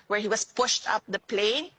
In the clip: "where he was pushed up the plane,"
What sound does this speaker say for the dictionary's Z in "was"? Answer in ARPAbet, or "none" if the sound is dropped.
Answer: S